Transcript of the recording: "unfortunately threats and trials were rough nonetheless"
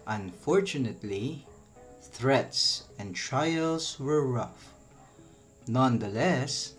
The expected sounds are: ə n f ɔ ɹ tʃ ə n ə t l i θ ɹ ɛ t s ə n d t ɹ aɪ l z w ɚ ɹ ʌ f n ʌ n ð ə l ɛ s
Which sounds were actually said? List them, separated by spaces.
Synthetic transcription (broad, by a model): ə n f ɔ ɹ tʃ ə n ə t l i θ ɹ ɛ t s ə n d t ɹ aɪ l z w ɚ ɹ ʌ f n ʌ n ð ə l ɛ s